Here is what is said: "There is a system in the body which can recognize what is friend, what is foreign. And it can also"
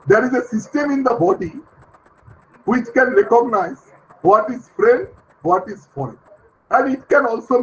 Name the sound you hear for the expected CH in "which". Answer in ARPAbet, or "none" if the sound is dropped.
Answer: CH